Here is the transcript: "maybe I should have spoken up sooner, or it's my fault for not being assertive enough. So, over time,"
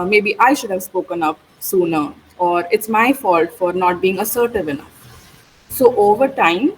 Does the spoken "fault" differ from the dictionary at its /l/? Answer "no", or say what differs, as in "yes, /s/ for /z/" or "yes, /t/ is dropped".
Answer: no